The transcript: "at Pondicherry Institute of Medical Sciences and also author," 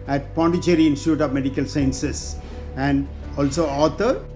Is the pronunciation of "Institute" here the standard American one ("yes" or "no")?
yes